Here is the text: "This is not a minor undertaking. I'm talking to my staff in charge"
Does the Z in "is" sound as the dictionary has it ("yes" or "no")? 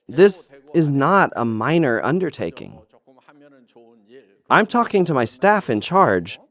yes